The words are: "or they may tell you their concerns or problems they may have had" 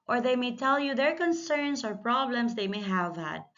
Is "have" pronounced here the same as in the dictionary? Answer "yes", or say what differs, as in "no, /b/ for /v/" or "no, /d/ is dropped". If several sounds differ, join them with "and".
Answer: yes